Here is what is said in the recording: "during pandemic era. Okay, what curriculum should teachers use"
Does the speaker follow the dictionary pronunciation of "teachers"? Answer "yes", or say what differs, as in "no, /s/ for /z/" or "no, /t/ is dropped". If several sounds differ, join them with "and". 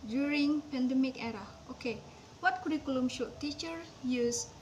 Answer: no, /z/ is dropped